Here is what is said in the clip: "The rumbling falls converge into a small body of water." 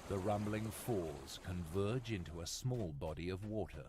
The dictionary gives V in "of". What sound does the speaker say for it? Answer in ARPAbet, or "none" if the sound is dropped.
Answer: V